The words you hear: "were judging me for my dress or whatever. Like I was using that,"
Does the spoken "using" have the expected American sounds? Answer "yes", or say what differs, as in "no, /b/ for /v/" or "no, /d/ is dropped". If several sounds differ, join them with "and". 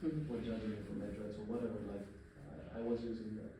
yes